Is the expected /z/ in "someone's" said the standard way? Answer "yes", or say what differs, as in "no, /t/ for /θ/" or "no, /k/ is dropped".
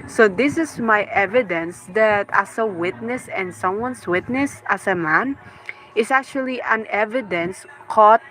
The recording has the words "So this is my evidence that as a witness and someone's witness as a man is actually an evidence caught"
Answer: no, /s/ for /z/